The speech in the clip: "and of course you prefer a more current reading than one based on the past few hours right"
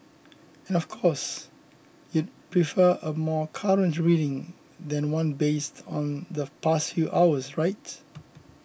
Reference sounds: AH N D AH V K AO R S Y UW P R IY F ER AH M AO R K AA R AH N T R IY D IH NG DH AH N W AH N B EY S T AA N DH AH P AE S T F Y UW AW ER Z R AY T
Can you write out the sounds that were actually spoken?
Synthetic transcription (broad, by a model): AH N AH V K AO S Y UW P R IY F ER AH M AO K AA R AH N T R IY D IH NG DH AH N W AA N B EY S T AA N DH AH P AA S T F Y UW AW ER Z R AY T